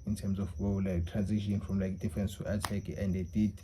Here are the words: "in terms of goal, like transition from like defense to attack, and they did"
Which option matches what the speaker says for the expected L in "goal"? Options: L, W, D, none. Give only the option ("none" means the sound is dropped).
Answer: W